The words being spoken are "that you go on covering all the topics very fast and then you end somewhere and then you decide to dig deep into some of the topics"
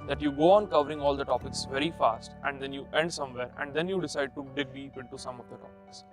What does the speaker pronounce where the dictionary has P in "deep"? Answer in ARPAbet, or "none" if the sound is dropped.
none